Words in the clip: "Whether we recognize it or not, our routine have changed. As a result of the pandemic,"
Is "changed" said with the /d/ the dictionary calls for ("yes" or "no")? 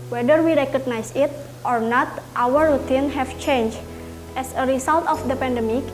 no